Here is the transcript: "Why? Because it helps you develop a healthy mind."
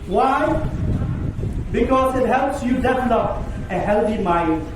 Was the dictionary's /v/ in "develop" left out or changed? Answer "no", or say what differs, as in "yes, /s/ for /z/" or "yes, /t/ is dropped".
yes, /f/ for /v/